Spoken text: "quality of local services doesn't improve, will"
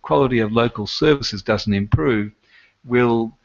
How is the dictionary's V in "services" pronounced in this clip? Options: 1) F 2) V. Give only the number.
2